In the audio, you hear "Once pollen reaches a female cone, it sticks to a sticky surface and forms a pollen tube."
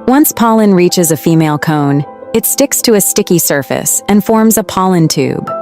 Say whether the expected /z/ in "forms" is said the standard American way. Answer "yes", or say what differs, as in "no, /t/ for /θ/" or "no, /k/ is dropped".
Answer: yes